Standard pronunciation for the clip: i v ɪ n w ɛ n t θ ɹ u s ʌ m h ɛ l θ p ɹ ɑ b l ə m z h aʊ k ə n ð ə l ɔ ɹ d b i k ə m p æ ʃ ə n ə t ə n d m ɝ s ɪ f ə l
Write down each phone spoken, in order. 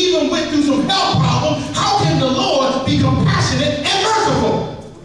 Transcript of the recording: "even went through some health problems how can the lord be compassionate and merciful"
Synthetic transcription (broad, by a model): i v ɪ n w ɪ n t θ u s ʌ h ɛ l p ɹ ɑ b l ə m h aʊ k ə n ð ə l ɔ ɹ d b i k ə m p æ ʃ ə n ə t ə n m ɝ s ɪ f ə l